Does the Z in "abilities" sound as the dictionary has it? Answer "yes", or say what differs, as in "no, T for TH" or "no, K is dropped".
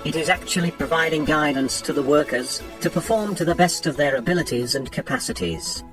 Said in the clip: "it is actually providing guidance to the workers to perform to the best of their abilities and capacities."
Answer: yes